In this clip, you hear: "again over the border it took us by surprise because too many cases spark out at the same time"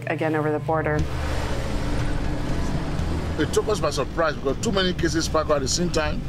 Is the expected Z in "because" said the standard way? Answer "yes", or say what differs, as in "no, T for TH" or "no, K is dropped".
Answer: no, Z is dropped